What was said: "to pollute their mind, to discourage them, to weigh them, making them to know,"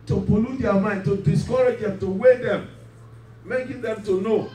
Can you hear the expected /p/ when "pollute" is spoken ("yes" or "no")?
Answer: no